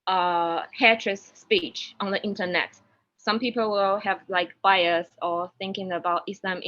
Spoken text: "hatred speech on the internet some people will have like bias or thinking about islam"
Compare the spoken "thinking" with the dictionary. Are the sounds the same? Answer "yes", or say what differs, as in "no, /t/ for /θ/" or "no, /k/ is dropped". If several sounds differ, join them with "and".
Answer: yes